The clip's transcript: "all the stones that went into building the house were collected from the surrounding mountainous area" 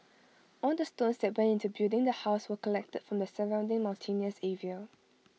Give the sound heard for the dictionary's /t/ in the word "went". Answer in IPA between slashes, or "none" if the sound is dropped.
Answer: none